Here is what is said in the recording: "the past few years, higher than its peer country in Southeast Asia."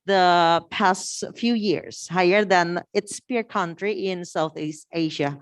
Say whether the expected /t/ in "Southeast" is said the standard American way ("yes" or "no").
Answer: yes